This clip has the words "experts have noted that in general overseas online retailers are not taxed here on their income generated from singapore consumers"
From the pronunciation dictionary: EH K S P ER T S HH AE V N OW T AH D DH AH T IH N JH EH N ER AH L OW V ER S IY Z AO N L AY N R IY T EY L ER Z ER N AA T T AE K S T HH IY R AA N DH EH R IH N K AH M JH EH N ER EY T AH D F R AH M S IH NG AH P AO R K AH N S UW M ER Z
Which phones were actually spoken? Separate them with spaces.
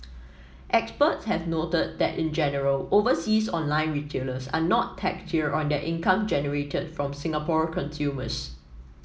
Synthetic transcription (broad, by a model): EH K S P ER T S HH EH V N OW T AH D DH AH T IH N JH EH N ER AH L OW V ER S IY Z AO N L AY N R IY T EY L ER S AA N AA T T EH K T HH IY R AA N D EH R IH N K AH M JH EH N ER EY T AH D F R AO M S IH NG AH P AO R K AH N S UW M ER S